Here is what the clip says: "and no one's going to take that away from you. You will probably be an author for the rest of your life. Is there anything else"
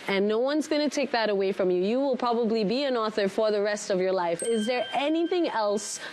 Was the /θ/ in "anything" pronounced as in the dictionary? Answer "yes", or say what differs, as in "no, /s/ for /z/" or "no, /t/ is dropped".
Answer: yes